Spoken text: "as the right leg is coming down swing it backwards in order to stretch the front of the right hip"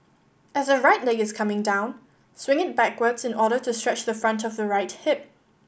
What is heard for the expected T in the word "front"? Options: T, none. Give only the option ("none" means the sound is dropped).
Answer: T